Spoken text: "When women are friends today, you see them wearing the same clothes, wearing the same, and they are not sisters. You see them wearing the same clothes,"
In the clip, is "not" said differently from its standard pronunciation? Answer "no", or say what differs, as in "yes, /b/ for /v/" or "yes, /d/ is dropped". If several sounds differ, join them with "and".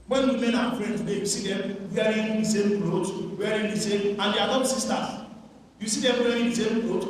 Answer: yes, /l/ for /n/